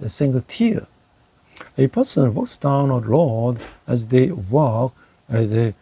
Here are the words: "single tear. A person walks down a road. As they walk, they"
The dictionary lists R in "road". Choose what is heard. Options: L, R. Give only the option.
L